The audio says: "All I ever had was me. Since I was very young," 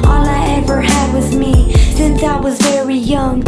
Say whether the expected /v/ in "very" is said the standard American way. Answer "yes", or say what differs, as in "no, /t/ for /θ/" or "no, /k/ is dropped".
yes